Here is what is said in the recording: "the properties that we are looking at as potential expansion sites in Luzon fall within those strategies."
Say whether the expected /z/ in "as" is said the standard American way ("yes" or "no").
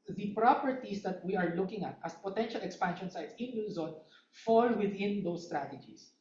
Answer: no